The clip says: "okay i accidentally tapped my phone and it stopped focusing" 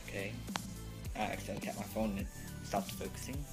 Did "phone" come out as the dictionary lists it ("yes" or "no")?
no